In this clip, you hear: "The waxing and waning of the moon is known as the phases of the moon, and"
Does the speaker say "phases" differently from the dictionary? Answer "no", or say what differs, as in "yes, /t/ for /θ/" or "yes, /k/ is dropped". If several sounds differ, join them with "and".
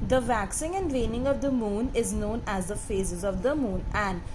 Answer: no